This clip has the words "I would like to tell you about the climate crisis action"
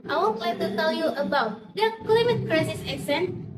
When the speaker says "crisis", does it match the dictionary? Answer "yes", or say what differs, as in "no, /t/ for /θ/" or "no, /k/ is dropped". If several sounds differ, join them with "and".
yes